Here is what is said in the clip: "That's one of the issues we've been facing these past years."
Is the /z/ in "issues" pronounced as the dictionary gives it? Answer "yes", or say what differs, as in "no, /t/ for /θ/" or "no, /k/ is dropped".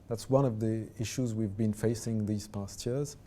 yes